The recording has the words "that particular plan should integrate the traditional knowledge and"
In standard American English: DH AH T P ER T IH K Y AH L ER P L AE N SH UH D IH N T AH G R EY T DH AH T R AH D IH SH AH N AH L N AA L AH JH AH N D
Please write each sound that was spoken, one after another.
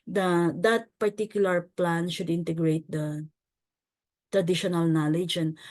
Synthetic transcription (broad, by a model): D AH T P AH T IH K Y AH L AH P L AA N SH UH D IH N T AH G R EY T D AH T R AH D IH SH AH N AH L N AA L AH JH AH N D